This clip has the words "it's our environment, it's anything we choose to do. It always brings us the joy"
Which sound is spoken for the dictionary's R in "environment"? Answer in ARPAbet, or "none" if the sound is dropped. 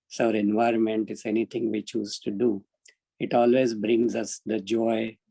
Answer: R